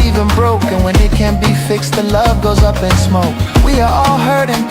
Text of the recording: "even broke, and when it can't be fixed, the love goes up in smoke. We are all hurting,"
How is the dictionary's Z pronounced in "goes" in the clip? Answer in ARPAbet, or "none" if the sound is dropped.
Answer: Z